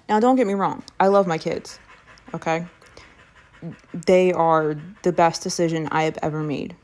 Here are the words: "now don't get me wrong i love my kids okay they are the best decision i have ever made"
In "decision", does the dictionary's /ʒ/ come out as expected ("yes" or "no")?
yes